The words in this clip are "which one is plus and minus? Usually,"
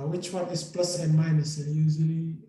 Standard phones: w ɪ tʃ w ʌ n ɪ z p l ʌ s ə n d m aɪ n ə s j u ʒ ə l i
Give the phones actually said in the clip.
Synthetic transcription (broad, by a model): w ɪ tʃ w ʌ n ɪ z p l ʌ s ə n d m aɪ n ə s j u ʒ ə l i